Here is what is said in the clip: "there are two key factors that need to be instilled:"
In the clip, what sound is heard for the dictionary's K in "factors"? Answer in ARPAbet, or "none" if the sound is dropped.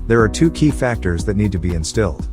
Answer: K